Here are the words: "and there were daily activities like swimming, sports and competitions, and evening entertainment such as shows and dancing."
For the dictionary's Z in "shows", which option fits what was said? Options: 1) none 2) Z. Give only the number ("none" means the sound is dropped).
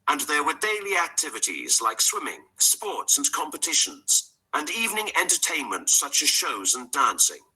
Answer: 2